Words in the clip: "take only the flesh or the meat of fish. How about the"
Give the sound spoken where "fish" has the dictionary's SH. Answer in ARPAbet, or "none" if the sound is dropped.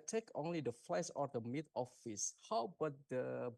S